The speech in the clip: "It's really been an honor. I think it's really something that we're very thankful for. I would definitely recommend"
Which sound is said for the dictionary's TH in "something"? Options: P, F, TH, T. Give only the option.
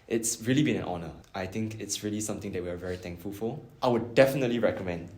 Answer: T